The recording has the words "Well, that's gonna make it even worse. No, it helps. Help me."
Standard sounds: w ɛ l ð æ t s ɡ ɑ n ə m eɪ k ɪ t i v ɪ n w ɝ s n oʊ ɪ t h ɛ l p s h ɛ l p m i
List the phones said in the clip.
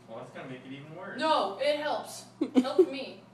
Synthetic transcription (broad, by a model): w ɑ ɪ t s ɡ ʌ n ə m eɪ k ɪ t i v ɪ n w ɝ n oʊ ɪ t h ɛ l p s h ɛ l p m i